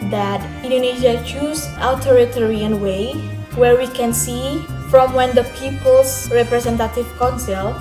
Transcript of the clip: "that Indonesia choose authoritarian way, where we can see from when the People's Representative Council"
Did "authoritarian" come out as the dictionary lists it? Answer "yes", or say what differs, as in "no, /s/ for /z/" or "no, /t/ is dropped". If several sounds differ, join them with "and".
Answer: no, /t/ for /θ/